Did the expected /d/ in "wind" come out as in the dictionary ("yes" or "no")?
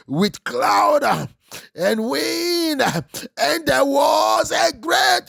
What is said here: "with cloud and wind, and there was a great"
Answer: no